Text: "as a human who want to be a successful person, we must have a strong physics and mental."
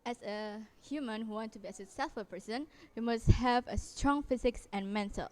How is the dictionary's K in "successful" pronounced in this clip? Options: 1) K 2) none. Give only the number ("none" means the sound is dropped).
2